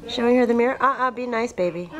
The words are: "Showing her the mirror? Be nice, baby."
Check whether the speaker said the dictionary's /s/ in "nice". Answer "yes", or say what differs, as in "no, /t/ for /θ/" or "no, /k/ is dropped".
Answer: yes